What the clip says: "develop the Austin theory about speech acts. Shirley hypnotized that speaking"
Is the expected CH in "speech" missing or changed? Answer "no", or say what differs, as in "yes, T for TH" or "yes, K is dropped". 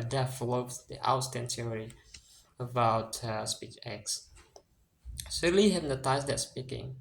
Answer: no